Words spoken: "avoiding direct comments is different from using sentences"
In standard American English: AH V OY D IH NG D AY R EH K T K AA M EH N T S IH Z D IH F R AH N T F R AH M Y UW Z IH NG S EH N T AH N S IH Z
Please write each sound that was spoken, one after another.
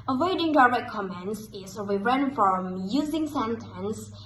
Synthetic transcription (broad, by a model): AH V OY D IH NG D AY R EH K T K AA M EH N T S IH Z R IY R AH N F R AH M Y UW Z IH NG S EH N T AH N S